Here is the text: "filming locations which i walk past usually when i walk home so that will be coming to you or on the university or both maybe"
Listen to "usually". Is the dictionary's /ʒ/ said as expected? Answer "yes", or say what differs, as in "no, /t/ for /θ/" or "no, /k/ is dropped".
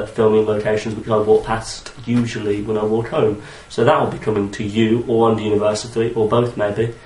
yes